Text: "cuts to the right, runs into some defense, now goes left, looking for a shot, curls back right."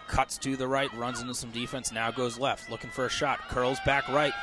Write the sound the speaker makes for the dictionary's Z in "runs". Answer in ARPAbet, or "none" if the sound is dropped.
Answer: Z